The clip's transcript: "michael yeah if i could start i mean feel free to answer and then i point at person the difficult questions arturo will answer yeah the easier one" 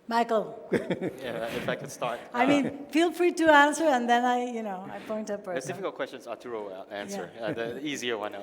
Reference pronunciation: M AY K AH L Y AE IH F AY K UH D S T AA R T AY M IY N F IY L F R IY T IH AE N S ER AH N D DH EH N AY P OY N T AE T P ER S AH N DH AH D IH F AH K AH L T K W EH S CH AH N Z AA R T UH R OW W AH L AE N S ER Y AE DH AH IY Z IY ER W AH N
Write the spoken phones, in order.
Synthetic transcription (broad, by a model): M AY K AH L Y AE IH F AY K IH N S T AA R T AY M IY N F IY L F R IY T IH AE N S ER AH N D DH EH N AY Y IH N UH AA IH P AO AH N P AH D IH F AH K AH L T K W EH S CH AH N Z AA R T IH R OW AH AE N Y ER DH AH IY Z IY ER W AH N